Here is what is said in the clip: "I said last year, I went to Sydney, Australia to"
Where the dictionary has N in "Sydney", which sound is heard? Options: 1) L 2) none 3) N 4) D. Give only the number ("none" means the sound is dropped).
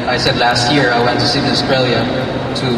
2